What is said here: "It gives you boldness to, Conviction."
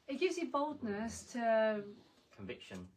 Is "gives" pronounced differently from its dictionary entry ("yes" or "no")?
no